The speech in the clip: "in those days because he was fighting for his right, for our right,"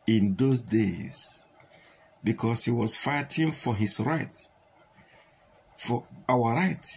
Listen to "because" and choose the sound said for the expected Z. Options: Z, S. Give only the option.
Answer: S